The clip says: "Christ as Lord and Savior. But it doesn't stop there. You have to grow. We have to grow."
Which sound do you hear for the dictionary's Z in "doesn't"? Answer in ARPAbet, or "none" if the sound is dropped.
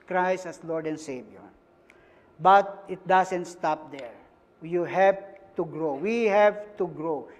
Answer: S